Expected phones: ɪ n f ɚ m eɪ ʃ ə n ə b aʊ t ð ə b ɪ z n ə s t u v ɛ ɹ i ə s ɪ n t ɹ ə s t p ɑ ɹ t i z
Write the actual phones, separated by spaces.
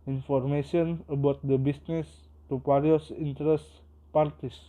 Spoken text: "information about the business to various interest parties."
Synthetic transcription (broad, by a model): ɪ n f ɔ m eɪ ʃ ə n ə b aʊ t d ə b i s n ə s t u p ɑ ɹ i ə s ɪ n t ɹ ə s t p ɑ ɹ t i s